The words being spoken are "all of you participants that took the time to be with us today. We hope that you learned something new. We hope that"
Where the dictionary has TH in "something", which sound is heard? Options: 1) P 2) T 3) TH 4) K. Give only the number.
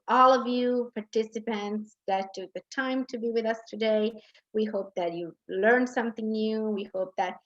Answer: 3